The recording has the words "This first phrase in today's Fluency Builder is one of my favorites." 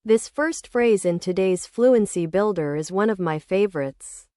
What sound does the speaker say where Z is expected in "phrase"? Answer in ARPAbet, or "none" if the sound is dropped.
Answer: Z